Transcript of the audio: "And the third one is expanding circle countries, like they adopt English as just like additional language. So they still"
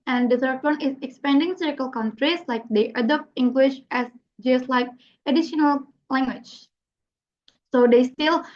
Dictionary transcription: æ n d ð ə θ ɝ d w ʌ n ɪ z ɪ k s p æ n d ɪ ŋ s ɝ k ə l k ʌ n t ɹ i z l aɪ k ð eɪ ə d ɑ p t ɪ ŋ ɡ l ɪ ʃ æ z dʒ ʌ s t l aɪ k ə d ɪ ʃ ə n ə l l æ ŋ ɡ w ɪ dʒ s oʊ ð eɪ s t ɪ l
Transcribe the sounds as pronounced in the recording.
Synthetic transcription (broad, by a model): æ n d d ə s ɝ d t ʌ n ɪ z ɪ k s p æ n d ɪ ŋ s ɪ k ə l k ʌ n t ɹ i s l aɪ k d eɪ ə d ɑ p t ɪ ŋ ɡ l ɪ ʃ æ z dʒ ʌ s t l aɪ k ə d ɪ ʃ ə n ə l l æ ŋ ɡ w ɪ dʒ s oʊ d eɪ s t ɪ l